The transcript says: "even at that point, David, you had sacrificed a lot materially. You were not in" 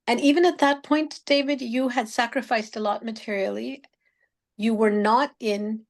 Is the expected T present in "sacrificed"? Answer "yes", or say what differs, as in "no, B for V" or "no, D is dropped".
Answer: yes